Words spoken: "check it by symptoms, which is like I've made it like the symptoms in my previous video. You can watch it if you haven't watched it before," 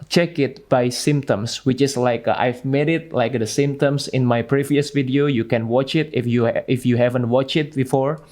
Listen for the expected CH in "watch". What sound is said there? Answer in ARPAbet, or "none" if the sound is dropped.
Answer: CH